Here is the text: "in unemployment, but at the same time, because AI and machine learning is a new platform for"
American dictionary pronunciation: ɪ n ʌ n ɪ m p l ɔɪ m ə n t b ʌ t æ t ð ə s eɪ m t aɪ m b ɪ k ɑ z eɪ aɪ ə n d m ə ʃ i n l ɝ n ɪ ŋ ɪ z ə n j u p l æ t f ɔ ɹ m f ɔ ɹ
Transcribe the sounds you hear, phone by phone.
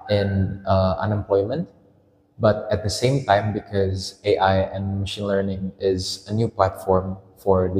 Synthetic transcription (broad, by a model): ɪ n ʌ n ɪ m p l ɔɪ m ə n t b ʌ t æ t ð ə s eɪ m t aɪ m b ɪ k ɑ z eɪ aɪ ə n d m ə ʃ i n l ɝ n ɪ ŋ ɪ z ə n j u p l æ t f ɔ ɹ m f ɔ ɹ